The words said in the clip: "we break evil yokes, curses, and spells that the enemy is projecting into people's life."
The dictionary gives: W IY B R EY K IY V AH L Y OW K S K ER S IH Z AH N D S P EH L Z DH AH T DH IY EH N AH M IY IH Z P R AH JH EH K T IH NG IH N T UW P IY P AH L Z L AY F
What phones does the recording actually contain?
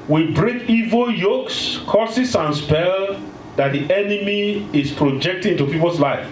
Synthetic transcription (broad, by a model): W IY B R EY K IY V AH L Y OW K S K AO S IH S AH N S P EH L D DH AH T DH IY EH N AH M IY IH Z P R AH JH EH K T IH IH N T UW P IY P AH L S L AY F